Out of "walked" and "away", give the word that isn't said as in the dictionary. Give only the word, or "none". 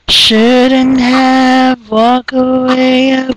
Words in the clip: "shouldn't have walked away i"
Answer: walked